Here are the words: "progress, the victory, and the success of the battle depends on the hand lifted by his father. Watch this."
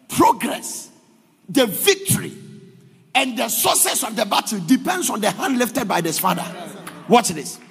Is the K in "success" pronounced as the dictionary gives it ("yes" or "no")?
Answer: no